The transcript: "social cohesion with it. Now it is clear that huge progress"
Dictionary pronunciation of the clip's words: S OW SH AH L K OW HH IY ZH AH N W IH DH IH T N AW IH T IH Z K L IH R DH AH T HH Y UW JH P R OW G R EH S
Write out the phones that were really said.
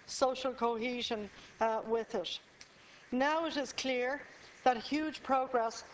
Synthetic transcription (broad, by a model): S OW SH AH L K OW HH IY ZH AH N W IH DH IH T N AW IH T IH Z K L IH R DH AH T HH Y UW JH P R OW G R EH S